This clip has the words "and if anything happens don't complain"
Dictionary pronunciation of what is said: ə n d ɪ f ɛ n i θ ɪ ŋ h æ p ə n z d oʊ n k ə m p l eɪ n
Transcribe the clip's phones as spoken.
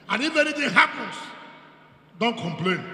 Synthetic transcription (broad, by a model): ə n ɪ f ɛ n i t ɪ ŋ h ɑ p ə n s d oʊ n k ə m p l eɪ n